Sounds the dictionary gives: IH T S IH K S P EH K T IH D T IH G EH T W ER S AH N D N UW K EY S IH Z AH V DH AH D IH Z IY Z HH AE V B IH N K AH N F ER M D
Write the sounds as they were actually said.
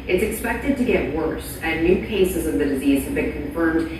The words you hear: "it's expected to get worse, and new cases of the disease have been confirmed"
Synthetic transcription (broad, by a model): IH T S IH K S P EH K T IH D T IH G EH T W ER S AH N N UW K EY S IH Z AH V DH AH D IH Z IY Z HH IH V B IH N K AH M F ER M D